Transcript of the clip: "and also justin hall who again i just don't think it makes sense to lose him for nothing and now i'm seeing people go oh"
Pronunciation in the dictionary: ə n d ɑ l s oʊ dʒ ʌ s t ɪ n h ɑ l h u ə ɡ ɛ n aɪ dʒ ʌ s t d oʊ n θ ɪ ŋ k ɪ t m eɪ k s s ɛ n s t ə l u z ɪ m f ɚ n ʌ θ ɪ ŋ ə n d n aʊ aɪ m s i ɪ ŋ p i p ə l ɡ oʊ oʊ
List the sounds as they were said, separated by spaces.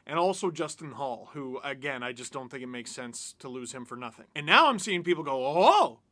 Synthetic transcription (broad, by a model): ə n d ɑ l s oʊ dʒ ʌ s t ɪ n h ɑ l h u ə ɡ ɛ n aɪ dʒ ʌ s d oʊ n θ ɪ ŋ k ɪ t m eɪ k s s ɛ n s t ə l u z ɪ m f ɚ n ʌ θ ɪ ŋ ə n n aʊ aɪ m s i ɪ ŋ p i p l ɡ oʊ oʊ